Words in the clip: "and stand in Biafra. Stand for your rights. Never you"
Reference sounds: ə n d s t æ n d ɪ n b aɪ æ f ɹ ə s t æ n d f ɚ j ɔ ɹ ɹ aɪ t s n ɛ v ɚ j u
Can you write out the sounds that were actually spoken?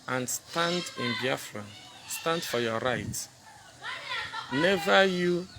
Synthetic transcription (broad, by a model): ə n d s t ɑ n d ɪ n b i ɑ f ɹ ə s t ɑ n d f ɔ j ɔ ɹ ɹ aɪ t n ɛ v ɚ j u